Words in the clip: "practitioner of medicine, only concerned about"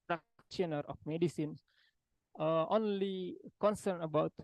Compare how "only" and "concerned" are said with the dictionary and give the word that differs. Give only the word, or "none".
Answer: concerned